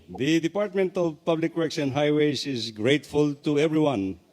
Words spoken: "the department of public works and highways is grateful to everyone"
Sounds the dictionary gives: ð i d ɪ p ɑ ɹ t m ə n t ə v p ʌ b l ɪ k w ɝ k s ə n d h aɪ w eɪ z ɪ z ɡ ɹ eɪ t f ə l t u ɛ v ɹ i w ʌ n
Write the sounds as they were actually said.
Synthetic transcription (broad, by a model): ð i d ɪ p ɑ ɹ t m ə n t ə v p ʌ b l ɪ k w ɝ k s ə n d h aɪ w eɪ s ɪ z ɡ ɹ eɪ t f ə l t u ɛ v ɹ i w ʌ n